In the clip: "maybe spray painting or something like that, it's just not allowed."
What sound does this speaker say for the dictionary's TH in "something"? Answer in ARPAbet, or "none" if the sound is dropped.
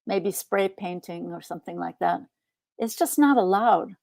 TH